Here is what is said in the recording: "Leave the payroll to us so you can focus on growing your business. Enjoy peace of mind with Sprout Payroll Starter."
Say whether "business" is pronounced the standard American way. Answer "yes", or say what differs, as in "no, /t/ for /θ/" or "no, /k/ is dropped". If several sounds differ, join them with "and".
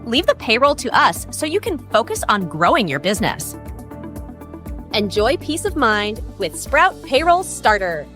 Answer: yes